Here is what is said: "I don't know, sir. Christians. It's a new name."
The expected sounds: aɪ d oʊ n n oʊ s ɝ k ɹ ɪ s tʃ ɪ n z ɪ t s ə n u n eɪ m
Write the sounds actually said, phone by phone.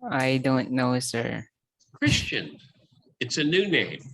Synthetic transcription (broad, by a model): aɪ d oʊ n n oʊ s ɝ k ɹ ɪ s tʃ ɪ n ɪ t s ə n u n eɪ m